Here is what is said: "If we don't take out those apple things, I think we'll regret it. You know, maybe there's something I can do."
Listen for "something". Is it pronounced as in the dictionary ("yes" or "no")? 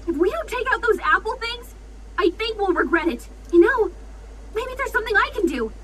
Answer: yes